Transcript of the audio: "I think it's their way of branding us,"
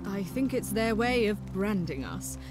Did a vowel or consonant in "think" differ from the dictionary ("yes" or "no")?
no